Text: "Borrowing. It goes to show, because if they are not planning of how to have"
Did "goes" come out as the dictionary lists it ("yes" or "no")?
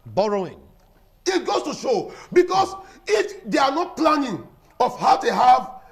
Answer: no